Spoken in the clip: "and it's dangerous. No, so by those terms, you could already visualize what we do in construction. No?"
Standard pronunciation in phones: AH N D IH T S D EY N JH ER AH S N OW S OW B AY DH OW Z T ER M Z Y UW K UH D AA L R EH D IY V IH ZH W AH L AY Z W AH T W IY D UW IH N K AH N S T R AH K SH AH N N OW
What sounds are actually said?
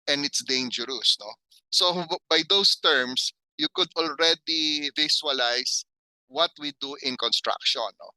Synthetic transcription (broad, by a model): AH N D IH T S D EY N JH ER AH S N OW S OW B AY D OW S T ER M S Y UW K UH D AA L R EH D IY V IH S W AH L AY S W AH T W IY D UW IH N K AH N S T R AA K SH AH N N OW